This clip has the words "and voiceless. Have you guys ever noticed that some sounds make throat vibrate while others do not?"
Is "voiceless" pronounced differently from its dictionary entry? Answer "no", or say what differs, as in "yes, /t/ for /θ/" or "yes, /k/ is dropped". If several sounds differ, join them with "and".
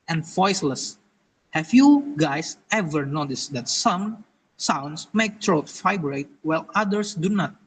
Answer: no